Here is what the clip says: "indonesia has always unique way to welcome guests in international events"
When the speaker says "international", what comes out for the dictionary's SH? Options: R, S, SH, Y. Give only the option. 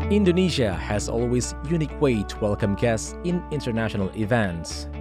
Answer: SH